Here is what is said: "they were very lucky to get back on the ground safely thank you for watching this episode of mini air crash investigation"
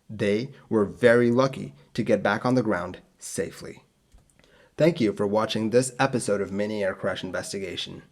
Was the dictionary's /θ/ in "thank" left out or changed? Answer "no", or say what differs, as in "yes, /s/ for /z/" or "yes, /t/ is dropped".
no